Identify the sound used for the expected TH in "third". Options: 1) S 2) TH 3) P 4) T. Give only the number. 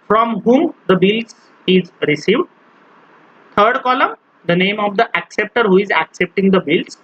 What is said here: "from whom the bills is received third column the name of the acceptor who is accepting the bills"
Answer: 4